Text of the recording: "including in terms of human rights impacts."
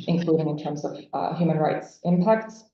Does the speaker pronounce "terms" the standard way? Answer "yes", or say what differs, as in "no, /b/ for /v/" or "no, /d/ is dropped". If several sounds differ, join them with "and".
yes